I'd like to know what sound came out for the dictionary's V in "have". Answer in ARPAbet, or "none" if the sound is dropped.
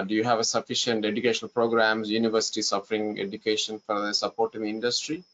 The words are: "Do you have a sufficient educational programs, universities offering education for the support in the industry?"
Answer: V